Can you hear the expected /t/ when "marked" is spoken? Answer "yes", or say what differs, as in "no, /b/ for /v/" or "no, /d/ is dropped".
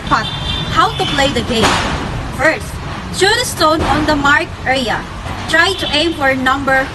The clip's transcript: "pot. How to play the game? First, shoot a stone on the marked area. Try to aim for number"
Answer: no, /t/ is dropped